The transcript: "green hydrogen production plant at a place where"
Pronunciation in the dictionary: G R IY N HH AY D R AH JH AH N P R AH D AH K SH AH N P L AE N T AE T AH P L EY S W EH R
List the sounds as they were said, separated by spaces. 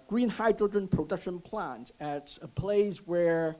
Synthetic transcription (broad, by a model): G R IY N HH AY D R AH JH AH N P R AH D AH K SH AH N P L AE N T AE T AH P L EY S W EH R